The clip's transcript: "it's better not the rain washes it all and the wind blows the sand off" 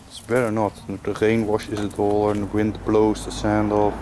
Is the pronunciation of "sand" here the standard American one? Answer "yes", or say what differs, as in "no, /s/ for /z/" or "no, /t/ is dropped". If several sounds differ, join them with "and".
yes